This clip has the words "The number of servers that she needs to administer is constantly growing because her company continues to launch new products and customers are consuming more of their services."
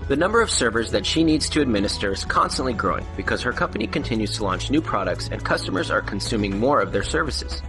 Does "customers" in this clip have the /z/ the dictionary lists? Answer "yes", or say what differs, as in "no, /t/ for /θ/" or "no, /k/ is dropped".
yes